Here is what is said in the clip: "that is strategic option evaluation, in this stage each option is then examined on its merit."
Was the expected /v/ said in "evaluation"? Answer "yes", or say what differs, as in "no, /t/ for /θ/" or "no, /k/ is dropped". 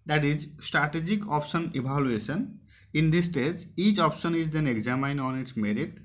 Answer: no, /b/ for /v/